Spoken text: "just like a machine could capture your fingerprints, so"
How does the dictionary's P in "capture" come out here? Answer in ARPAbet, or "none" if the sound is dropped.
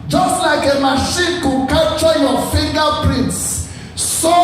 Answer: none